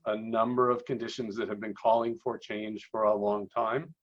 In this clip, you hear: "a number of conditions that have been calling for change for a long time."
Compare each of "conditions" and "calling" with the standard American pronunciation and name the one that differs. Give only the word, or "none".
none